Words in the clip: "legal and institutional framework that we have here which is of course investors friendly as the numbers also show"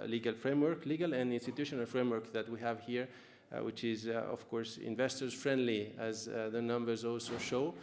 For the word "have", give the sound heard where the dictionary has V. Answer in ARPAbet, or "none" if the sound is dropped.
V